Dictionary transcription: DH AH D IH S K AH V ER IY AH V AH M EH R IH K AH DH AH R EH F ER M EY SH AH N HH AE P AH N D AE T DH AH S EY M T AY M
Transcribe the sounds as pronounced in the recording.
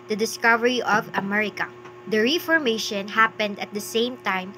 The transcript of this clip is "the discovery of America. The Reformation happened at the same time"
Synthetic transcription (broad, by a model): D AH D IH S K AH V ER IY AH V AH M EH R IH K AH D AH R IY F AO M EY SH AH N HH AE P AH N D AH T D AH S EY M T AY M